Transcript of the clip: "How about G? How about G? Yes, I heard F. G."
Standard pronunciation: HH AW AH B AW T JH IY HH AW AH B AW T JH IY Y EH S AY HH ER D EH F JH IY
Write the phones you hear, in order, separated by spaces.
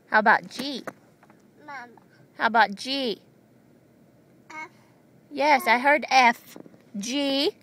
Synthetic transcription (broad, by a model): HH AW AH B AW T JH IY HH AW AH B AW T JH IY Y EH S AY HH ER D EH F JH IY